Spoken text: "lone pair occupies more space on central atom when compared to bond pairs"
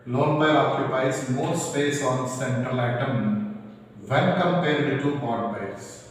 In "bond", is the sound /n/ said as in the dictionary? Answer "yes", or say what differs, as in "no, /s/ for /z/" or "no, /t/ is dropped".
no, /n/ is dropped